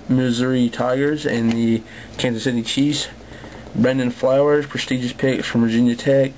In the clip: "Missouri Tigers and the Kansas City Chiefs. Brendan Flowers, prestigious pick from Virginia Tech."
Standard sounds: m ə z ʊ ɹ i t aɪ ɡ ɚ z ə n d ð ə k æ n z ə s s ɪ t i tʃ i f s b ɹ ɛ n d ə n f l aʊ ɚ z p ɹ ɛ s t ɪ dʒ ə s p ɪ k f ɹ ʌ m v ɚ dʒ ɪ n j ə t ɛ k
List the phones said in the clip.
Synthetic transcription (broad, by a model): m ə z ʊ ɹ i t aɪ ɡ ɚ z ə n ð ə k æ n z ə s s ɪ t i tʃ i s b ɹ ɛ n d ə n f l aʊ ɚ z p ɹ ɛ s t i dʒ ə s p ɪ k f ɹ ʌ m v ɚ dʒ ɪ n j ə t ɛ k